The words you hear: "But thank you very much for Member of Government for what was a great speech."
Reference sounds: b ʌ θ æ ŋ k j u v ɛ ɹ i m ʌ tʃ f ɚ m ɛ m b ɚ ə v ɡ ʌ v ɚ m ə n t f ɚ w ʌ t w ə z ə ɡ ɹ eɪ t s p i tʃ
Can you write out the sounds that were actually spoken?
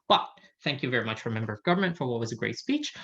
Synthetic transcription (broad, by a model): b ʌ θ æ ŋ k j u v ɛ ɹ i m ʌ tʃ f ɚ m ɛ m b ɚ ə v ɡ ʌ v ɚ m ə n t f ɚ w ʌ t w ə z ə ɡ ɹ eɪ t s p i tʃ